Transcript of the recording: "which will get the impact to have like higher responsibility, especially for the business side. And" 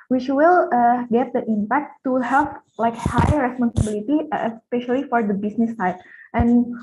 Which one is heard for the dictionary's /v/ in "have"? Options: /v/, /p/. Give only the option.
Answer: /p/